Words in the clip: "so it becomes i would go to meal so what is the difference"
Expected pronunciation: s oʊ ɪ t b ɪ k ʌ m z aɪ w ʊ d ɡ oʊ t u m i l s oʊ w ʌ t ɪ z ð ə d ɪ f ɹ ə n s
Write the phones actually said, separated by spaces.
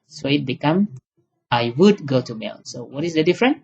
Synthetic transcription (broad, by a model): s oʊ ɪ t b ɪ k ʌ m aɪ w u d ɡ oʊ t u m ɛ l s oʊ w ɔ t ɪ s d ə d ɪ f ɹ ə n